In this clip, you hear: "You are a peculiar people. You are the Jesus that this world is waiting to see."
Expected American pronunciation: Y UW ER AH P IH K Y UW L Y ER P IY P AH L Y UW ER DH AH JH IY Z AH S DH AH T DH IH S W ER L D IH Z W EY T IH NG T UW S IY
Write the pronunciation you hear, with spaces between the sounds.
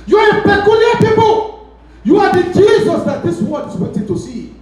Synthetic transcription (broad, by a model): Y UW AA AH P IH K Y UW L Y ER P IY P AH L Y UW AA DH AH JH IY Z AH S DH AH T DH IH S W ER D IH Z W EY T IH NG T UW S IY